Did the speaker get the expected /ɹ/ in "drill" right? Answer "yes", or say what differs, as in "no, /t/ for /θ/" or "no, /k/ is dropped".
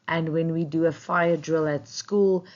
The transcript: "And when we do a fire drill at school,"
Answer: yes